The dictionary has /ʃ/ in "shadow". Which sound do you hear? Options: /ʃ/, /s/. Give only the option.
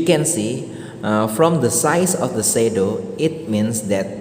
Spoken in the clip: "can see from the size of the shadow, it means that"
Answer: /s/